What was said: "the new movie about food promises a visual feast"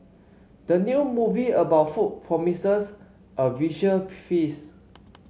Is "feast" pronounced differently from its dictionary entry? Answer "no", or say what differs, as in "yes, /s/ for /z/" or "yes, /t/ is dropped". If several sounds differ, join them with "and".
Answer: yes, /t/ is dropped